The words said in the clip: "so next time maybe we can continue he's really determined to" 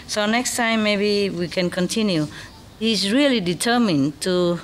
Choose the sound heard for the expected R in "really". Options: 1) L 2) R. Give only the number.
2